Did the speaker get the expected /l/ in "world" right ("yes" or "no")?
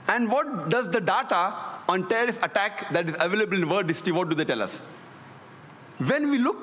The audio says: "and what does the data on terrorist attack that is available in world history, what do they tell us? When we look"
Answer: no